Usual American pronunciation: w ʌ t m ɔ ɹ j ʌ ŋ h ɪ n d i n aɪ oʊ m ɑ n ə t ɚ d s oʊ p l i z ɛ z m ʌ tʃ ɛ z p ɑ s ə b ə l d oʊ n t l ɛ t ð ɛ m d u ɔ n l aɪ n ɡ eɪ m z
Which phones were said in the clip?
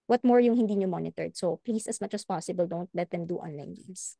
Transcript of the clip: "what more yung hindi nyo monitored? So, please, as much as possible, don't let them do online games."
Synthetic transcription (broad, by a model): w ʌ t m ɔ ɹ j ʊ ŋ h ɪ n d i n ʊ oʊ m ɑ n ə t ɚ d s oʊ p l i s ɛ s m ʌ tʃ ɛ s p ɑ s ə b ə l d oʊ n t l ɛ t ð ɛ m d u ɔ n l aɪ n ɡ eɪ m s